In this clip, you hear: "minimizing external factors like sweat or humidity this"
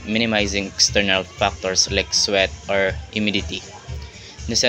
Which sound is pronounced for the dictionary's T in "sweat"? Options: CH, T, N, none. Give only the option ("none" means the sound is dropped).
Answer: T